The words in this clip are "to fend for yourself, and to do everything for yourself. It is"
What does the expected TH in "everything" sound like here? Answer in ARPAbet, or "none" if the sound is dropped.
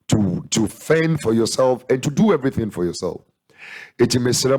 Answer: TH